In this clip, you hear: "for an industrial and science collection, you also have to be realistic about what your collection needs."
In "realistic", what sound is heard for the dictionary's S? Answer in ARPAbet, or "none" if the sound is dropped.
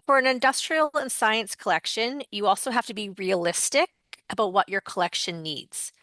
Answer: S